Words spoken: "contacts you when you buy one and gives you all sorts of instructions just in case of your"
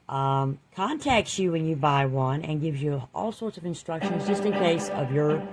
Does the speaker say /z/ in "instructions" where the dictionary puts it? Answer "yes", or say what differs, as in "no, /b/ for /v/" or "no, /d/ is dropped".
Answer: yes